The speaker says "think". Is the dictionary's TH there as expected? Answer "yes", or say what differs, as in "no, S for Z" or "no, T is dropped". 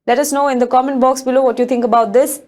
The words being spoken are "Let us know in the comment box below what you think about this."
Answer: no, T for TH